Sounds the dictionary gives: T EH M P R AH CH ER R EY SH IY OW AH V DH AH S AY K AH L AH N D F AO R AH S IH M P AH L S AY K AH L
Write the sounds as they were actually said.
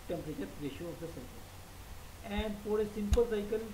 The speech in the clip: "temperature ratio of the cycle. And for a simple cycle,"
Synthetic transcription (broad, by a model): T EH M P R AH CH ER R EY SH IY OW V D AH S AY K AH AH N D P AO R AH S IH M P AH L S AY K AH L